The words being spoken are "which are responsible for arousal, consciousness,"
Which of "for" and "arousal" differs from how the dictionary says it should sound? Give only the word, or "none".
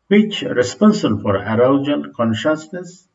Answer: arousal